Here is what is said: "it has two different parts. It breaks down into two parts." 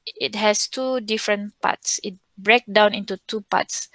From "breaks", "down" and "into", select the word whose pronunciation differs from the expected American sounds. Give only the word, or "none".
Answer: breaks